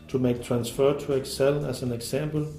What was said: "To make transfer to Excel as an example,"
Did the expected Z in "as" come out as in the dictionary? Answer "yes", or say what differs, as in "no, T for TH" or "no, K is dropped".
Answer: no, S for Z